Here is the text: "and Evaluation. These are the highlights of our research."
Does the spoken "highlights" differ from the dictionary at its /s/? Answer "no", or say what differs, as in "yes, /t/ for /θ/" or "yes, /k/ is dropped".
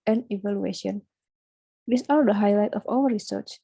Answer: yes, /s/ is dropped